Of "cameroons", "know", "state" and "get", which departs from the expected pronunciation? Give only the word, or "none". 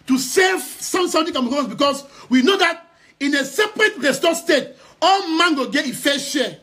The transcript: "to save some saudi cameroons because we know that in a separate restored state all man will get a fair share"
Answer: cameroons